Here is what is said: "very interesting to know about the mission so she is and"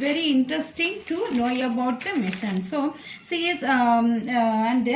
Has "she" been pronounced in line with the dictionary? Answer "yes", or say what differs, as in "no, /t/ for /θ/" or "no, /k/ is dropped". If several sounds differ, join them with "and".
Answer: no, /s/ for /ʃ/